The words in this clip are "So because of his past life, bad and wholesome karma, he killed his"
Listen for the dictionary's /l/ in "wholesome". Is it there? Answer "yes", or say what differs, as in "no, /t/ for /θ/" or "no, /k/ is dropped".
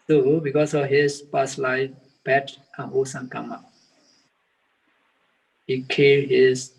no, /l/ is dropped